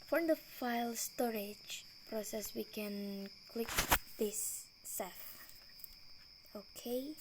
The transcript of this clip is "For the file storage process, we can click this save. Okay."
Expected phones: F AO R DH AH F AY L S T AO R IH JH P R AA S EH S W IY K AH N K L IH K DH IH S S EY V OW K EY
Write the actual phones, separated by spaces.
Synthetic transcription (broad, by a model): F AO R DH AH F AY L S T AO R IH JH P R AA S EH S W IY K AH N K L IH K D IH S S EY F OW K EY